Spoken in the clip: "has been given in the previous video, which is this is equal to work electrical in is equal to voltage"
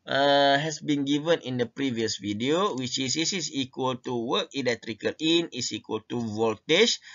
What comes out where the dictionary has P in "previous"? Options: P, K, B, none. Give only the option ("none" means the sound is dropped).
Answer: P